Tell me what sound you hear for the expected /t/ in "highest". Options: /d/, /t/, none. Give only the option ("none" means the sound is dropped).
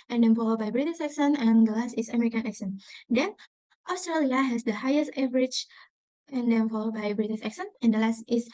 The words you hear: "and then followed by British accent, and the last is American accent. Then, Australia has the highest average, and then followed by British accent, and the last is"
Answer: /t/